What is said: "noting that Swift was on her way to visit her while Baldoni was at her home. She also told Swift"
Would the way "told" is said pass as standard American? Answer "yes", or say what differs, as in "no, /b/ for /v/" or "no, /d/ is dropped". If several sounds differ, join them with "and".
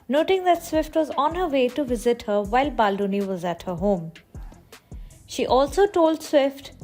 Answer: yes